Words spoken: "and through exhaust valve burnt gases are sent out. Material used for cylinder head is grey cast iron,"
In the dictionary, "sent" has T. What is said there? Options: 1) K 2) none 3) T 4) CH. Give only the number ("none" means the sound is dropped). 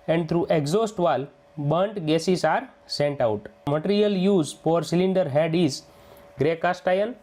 3